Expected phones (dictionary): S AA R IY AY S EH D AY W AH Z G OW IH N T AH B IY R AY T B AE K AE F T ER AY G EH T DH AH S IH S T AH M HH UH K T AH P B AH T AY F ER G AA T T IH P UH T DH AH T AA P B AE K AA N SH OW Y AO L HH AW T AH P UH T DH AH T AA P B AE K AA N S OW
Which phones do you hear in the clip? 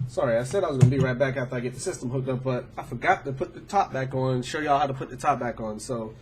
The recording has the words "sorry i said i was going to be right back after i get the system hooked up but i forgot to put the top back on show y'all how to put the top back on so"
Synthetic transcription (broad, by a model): S AA R IY AY S EH D AY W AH Z G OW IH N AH B IY R AY T B AE K AE F T ER AY G EH T DH AH S IH S T AH M HH UH K T AH P B AH T AY F ER G AA T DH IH P UH T DH AH T AA P B AE K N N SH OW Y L HH AW T AH P UH T DH AH T AA P B AE K N S OW